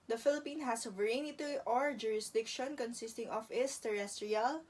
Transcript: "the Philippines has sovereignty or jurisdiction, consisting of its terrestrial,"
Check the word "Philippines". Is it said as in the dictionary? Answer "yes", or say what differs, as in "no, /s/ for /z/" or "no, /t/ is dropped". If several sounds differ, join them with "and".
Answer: no, /z/ is dropped